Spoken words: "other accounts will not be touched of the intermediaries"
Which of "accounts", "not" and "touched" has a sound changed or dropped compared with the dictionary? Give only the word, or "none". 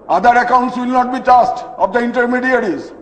touched